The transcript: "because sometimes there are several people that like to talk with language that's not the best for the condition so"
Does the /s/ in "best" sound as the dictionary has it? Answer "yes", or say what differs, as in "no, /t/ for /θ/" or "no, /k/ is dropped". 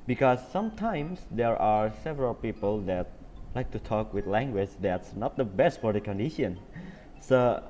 yes